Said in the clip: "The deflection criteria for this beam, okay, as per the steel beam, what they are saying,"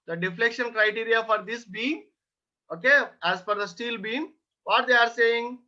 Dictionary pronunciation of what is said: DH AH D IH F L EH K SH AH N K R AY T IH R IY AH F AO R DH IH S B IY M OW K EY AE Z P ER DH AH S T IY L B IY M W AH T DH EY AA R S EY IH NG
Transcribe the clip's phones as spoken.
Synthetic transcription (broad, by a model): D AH D IH F L EH K SH AH N K R AY T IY R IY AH F AO R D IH S B IY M OW K EY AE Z F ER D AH S T IY L B IY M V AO T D EY AA R S EY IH NG